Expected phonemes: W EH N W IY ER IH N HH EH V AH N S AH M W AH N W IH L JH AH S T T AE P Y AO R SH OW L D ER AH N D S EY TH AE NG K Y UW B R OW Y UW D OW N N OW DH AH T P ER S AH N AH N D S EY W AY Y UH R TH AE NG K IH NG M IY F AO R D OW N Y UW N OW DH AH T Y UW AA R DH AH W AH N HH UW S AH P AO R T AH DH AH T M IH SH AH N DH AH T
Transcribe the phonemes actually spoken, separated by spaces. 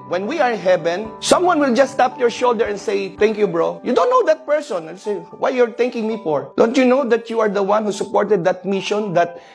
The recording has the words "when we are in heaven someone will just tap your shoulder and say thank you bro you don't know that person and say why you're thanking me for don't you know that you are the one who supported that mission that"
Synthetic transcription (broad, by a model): W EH N W IY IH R HH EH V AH N S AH M W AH N W IH L JH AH S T T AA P Y AO R SH OW L D ER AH N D S EY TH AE NG K Y UW B R OW Y UW D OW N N OW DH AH T P ER S AH N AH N S EY W AY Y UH R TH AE NG K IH NG M IY F AO R D OW N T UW N OW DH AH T Y UW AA R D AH W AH N HH UW S AH P AO R T AH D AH T M IH SH AH N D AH T